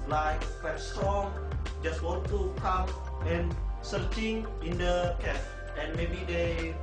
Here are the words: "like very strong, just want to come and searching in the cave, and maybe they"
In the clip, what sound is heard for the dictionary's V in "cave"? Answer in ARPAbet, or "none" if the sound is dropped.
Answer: P